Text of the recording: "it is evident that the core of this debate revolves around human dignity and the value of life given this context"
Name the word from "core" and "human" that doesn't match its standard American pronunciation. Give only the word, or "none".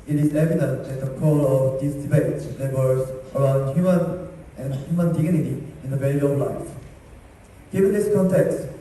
core